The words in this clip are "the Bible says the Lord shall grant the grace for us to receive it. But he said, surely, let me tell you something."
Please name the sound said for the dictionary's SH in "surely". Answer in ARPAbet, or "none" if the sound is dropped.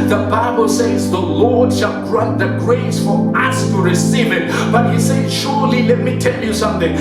SH